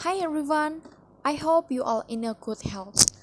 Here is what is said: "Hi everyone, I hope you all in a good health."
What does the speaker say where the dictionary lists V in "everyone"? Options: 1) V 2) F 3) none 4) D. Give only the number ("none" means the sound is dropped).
3